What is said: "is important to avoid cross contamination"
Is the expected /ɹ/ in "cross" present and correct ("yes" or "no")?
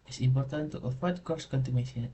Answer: no